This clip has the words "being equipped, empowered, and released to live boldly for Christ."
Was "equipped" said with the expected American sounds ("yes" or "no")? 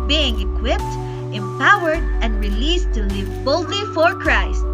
yes